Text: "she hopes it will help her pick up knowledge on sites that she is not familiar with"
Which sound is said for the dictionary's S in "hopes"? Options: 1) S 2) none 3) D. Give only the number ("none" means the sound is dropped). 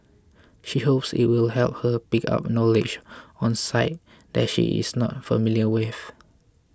1